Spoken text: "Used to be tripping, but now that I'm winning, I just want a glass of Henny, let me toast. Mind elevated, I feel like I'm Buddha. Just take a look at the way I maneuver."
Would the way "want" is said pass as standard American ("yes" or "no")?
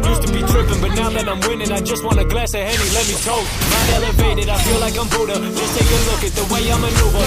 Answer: no